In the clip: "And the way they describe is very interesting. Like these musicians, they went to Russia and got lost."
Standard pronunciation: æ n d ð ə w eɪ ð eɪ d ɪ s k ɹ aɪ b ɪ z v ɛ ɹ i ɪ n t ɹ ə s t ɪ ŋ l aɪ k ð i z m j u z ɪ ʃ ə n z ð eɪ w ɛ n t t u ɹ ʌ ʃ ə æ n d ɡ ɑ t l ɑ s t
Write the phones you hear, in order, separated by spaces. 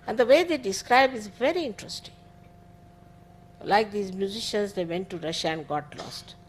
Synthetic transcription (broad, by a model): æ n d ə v eɪ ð eɪ d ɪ s k ɹ aɪ b ɪ z v ɛ ɹ i ɪ n t ɹ ə s t ɪ ŋ l aɪ k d i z m j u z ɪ ʃ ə n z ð eɪ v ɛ n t t u ɹ ʌ ʃ ə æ n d ɡ ɑ t l ɑ s t